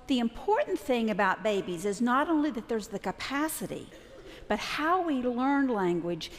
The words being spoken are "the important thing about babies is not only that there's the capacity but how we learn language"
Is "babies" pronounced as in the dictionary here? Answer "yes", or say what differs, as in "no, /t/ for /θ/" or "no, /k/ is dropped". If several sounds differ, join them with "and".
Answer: yes